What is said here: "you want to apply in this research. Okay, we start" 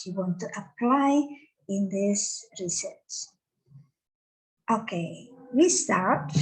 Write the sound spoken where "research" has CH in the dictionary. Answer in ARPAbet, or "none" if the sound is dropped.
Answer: S